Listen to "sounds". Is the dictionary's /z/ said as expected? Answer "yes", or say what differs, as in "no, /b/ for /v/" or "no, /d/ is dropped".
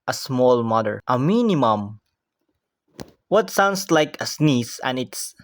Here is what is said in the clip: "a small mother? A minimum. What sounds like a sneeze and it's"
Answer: no, /s/ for /z/